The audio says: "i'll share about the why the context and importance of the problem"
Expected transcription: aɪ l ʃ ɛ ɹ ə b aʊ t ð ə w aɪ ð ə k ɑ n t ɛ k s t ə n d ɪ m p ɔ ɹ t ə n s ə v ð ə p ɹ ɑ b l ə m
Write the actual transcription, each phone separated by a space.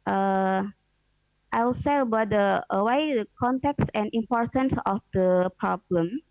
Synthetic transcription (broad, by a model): aɪ l s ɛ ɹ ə b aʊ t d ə w aɪ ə k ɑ n t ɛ k s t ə n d ɪ m p ɔ ɹ t ə n s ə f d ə p ɹ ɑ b l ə m